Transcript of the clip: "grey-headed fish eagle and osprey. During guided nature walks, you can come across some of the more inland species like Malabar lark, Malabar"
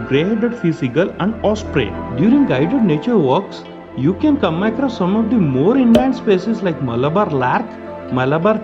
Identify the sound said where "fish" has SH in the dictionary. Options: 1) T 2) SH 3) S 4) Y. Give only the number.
3